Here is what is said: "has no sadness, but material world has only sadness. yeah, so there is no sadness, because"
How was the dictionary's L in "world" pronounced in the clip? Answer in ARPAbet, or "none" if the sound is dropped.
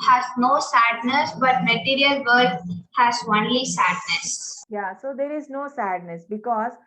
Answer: none